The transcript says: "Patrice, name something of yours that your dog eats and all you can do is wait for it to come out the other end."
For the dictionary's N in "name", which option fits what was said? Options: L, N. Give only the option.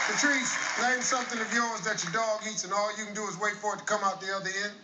L